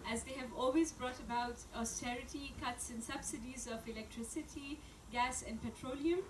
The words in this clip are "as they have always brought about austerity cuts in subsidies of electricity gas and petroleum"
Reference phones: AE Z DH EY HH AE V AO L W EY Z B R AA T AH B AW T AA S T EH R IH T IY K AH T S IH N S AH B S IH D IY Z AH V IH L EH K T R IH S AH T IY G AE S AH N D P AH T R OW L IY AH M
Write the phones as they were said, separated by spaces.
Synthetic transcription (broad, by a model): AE Z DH EY HH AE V AO L W EY Z B R AA T AH B AW T AA S T EH R IH T IY K AH T S IH N S AH B S IH D IY Z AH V IH L EH K T R IH S AH T IY G AE S AH N D P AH T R OW L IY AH M